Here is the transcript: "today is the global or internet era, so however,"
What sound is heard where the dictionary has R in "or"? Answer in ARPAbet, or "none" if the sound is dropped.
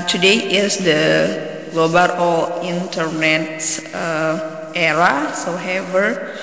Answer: L